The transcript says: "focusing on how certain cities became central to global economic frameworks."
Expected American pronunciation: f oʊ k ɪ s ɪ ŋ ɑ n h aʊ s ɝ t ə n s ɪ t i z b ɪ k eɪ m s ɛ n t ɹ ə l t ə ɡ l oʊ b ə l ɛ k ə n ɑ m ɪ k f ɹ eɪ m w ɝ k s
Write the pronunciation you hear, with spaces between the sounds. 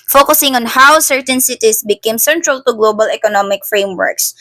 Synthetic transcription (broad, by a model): f oʊ k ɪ s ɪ ŋ ɑ n h aʊ s ɝ t ə n s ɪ t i s b ɪ k eɪ m s ɛ n t ɹ ə l t ə ɡ l oʊ b ə l ɛ k ə n ɑ m ɪ k f ɹ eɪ m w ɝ k s